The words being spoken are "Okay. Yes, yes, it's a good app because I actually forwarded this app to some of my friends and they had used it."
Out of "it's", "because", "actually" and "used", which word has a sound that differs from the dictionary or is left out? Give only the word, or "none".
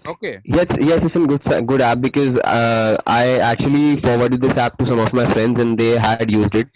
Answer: none